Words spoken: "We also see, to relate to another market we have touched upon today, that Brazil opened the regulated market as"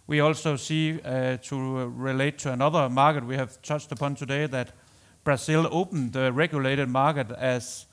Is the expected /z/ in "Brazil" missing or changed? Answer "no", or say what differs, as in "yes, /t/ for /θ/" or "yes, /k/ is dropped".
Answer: yes, /s/ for /z/